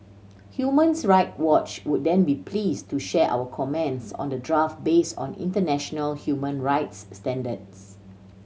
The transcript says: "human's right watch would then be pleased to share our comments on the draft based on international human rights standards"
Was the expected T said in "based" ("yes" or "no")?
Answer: no